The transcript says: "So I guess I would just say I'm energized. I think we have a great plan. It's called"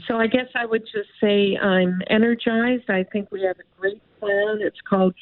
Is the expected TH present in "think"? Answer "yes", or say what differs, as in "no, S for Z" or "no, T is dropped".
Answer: yes